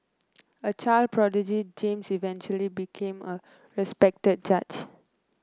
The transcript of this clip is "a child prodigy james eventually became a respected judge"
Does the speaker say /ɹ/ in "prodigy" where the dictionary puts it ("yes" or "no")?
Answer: yes